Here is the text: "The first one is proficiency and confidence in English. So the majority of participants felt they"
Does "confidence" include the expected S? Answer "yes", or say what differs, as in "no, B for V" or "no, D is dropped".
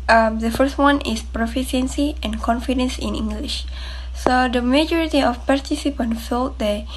yes